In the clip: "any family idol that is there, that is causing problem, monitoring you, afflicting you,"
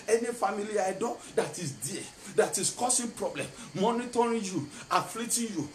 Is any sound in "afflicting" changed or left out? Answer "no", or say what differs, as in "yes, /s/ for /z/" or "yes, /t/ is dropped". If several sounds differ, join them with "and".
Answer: yes, /k/ is dropped